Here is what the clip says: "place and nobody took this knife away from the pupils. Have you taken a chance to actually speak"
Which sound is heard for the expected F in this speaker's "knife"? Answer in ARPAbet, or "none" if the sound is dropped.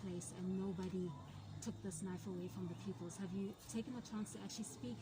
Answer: F